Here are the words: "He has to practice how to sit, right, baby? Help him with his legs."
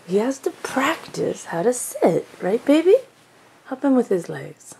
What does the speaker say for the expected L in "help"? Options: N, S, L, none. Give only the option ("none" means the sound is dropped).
none